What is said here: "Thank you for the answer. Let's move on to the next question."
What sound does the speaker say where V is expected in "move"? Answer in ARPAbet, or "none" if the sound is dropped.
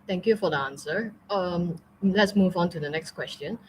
V